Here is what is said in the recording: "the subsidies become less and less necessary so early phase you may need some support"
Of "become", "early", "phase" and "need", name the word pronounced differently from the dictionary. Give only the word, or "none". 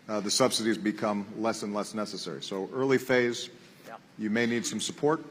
none